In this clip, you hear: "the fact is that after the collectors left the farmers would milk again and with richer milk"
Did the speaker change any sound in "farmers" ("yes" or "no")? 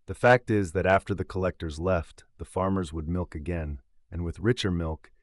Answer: no